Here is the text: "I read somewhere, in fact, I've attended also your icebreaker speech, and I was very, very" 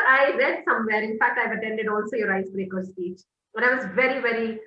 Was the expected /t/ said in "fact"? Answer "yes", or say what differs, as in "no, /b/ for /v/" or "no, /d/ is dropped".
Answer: yes